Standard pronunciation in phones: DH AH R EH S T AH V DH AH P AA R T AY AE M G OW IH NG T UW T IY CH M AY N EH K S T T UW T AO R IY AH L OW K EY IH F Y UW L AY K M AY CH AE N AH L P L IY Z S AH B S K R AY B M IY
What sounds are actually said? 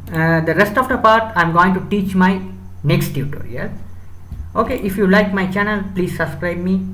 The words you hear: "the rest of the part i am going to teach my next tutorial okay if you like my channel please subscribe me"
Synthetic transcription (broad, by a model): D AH R EH S T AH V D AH P AA R T AY M G OW IH NG T UW T IY CH M AY N EH K S T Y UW T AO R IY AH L OW K EY IH F Y UW L AY K M AY CH AE N AH L P L IY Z S AH B S K R AY B M IY